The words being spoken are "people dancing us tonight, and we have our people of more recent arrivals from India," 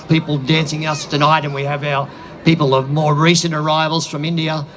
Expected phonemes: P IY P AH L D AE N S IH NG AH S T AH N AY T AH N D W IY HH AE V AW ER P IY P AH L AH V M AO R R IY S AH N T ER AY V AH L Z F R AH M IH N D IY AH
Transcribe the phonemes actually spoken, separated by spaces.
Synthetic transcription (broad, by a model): P IY P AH L D AE N S IH NG AH S T AH N AY T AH N W IY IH V AW ER P IY P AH L AH V M AO R R IY S AH N T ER AY V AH L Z F R AH M IH N D IY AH